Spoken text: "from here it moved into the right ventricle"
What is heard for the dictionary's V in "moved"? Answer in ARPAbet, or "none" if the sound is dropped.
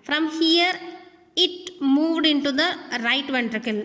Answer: V